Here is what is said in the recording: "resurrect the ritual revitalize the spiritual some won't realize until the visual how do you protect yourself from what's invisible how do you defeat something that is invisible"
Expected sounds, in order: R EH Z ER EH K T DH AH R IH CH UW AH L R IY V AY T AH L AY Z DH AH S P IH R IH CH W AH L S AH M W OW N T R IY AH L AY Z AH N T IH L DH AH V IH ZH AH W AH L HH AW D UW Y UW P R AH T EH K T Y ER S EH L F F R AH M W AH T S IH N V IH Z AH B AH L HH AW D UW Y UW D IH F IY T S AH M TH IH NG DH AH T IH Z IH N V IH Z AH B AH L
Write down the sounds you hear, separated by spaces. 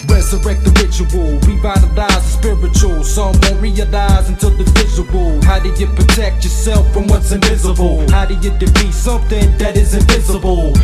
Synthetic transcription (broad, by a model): R EH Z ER EH K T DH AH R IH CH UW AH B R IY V AY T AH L AY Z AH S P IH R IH CH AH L S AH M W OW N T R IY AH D AY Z AH N T IH L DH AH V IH Z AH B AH L HH AW D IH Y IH P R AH T EH K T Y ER S EH L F F R AH M W AH T S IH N V IH Z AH B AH L HH AW D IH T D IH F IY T S AH M TH IH NG DH AH T IH Z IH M V IH Z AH B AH L